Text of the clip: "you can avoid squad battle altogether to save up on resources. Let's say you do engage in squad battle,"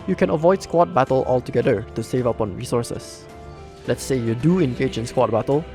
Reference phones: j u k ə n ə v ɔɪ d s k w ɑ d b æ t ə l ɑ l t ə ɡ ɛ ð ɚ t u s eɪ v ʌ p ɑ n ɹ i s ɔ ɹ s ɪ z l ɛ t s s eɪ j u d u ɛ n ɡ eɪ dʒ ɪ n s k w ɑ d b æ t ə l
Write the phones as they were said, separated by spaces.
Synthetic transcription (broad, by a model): j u k ə n ə v ɔɪ d s k w ɑ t b æ t ə l ɑ l t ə ɡ ɛ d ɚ t u s eɪ v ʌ p ɑ n ɹ i s ɔ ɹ s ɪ s l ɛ t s s eɪ j u d u ɛ n ɡ eɪ dʒ ɪ n s k w ɑ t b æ t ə l